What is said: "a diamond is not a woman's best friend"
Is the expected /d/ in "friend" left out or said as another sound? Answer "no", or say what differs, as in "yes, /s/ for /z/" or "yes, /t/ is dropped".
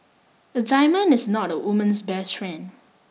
yes, /d/ is dropped